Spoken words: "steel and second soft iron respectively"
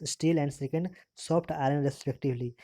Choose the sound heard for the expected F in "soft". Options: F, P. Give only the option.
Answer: P